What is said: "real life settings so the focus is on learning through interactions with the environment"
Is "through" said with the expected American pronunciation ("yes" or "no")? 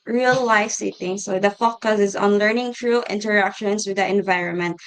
no